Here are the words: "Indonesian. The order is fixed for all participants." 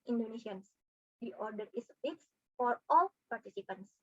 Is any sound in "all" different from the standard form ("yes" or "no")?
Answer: no